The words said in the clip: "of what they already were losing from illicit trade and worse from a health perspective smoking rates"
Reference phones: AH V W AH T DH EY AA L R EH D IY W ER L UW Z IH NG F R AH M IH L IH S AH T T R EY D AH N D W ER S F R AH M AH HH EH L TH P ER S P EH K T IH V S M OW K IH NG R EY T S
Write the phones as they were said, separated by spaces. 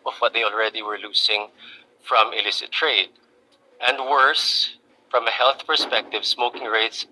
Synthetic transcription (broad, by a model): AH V W AH T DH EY AA L R EH D IY W ER L UW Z IH NG F R AH M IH L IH S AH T T R EY D AH N D W ER S F R AH M AH HH EH L TH P ER S P EH K T IH V S M OW K IH NG R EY T S